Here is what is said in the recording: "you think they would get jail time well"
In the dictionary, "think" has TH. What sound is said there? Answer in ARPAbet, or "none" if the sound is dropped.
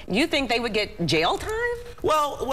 TH